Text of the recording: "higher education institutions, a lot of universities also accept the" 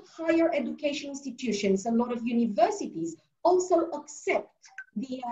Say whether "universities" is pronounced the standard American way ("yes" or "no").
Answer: yes